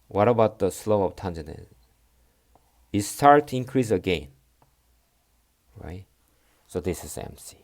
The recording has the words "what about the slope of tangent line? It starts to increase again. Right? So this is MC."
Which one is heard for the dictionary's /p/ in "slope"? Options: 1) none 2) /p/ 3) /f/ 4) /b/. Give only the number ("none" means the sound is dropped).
1